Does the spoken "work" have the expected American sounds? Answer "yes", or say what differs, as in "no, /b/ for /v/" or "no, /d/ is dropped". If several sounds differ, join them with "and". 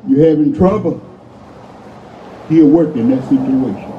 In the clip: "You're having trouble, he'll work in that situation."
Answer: yes